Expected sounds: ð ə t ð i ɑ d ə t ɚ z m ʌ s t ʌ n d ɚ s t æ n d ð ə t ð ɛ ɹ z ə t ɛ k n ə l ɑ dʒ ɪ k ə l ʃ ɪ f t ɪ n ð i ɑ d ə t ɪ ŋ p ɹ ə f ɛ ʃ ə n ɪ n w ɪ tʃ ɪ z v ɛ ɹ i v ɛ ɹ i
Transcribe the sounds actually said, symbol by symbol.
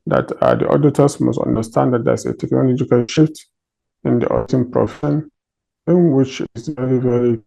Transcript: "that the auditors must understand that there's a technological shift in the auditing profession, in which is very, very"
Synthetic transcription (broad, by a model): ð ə t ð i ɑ d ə t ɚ s m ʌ s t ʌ n d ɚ s t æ n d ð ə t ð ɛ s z ə t ɛ k n ə l ɑ dʒ ɪ k ə l ʃ ɪ f t ɪ n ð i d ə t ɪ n p ɹ ə f ɛ ʃ ə n ɪ n w ɪ tʃ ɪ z v ɛ ɹ i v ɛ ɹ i